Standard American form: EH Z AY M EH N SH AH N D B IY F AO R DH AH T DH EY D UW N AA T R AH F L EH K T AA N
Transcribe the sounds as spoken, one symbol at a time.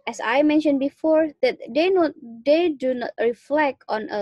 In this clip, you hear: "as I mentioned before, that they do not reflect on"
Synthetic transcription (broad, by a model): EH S AY M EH N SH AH N B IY F AO R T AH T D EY D UW N AA T R AH F L EH K T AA N